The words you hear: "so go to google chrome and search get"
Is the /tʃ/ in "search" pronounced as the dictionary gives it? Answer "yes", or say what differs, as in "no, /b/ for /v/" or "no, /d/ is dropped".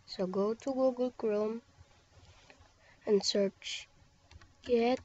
yes